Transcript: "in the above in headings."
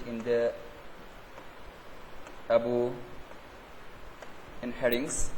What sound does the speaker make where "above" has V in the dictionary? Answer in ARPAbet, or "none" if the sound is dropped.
none